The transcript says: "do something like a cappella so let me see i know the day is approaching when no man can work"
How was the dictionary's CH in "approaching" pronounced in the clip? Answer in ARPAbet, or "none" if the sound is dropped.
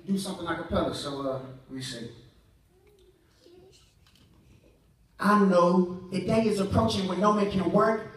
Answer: CH